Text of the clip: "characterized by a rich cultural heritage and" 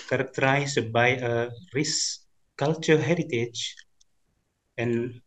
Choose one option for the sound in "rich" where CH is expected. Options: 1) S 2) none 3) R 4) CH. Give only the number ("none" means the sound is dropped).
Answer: 1